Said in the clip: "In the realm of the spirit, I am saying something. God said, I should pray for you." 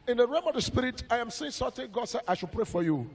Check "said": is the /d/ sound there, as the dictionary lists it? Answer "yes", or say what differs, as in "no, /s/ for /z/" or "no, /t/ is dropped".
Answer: no, /d/ is dropped